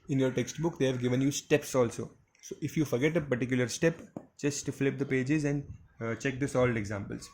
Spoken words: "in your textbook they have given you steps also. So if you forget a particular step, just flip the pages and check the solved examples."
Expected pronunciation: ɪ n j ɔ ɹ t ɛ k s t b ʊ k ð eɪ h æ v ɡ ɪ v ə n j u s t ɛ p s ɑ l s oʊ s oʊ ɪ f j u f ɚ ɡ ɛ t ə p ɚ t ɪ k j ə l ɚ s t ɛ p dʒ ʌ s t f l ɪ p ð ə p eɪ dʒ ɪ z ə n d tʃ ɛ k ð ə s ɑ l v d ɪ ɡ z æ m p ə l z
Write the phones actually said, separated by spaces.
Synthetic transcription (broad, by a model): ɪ n j ɔ ɹ t ɛ k s t b ʊ k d eɪ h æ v ɡ ɪ v ə n j u s t ɛ p s ɑ l s oʊ s oʊ ɪ f j u f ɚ ɡ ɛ t ə p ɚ t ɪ k j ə l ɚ s t ɛ p dʒ ʌ s t f l ɪ p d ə p eɪ dʒ ɪ z ə n d tʃ ɛ k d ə s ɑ l d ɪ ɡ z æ m p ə l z